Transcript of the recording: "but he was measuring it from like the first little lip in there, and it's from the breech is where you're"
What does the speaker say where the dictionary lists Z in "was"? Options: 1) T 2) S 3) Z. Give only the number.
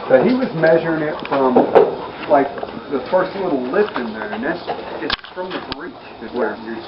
3